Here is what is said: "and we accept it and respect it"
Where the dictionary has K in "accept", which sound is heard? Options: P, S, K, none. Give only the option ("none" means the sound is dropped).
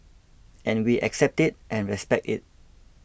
K